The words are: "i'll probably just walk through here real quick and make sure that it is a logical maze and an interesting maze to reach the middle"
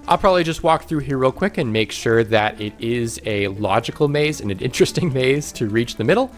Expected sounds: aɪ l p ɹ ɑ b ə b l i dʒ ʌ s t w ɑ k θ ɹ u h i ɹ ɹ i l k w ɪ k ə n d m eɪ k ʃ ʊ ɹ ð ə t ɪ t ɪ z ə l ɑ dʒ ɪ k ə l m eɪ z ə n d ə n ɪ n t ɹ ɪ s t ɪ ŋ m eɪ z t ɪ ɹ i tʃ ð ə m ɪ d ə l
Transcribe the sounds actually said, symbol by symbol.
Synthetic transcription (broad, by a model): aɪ l p ɹ ɑ b ə b l i dʒ ʌ s t w ɑ k θ ɹ u h i ɹ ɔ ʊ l k w ɪ k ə n m eɪ k ʃ ʊ ɹ ð ə t ɪ t ɪ z ə l ɑ dʒ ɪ k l m eɪ z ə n ə n ɪ n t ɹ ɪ s t ɪ ŋ m eɪ z t ɪ ɹ i tʃ ð ə m ɪ d l